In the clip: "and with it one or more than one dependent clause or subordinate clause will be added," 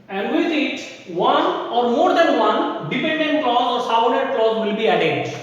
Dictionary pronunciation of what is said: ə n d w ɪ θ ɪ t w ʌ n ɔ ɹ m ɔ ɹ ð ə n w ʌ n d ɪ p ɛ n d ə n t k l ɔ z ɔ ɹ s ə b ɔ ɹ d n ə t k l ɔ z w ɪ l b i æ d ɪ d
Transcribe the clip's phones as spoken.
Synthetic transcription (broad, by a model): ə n d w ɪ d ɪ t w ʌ n ɔ ɹ m ɔ ɹ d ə n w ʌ n d ɪ p ɛ n d ə n t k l ɔ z ɔ ɹ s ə ʊ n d ə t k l ɔ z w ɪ l b i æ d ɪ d